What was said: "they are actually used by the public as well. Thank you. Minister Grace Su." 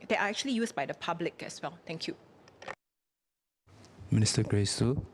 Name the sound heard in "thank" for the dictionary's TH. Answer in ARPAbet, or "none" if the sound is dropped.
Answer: T